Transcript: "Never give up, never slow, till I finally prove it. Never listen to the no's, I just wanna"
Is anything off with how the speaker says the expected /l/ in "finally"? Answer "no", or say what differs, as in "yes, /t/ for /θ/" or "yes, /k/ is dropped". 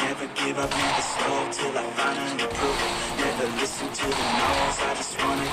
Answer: yes, /n/ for /l/